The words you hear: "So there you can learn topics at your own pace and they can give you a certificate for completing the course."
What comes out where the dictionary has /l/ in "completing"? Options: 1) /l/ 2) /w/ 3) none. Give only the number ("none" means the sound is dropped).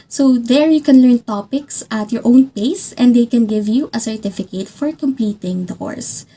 3